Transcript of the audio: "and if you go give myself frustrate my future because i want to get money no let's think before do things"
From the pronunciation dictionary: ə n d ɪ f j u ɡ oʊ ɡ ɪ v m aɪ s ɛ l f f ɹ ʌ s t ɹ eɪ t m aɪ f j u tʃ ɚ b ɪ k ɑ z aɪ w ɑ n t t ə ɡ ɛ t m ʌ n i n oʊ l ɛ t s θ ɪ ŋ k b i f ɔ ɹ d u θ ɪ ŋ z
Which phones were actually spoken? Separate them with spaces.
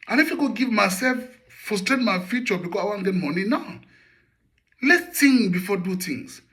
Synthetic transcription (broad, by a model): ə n ɪ f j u ɡ oʊ ɡ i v m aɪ s ɛ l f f ɔ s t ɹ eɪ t m aɪ f j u tʃ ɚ b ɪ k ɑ aɪ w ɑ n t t ɡ ɛ t m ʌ n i n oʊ l ɛ t s t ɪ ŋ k b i f ɔ d u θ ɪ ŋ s